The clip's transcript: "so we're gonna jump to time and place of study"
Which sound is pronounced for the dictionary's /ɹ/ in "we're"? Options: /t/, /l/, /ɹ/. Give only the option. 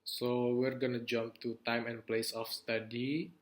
/ɹ/